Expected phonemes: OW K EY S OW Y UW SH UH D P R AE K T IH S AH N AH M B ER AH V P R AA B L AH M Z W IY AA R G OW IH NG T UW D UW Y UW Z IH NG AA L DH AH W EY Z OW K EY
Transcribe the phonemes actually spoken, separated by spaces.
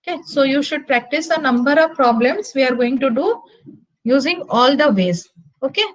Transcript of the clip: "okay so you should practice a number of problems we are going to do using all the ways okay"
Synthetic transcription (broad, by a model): K EY S OW Y UW SH UH D P R AE K T IH S AH N AH M B ER AH V P R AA B L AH M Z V IY AA R G OW IH NG T UW D UW Y UW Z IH NG AA L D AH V EY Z OW K EY